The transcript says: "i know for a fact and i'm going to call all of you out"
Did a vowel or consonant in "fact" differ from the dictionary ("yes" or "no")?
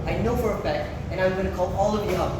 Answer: yes